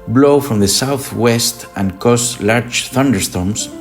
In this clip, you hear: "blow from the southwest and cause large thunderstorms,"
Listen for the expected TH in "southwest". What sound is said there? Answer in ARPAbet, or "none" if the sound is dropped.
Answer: TH